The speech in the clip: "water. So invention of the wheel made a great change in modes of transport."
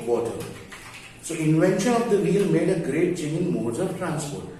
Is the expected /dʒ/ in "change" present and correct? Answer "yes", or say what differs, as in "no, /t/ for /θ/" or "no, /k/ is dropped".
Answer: no, /dʒ/ is dropped